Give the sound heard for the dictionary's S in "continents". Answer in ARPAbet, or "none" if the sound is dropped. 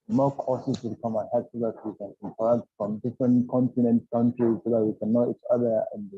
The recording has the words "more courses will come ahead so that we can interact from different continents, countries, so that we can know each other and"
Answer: none